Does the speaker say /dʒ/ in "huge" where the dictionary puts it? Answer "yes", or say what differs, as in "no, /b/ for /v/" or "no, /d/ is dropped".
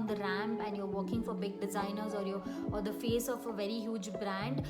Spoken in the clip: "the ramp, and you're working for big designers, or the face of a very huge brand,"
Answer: yes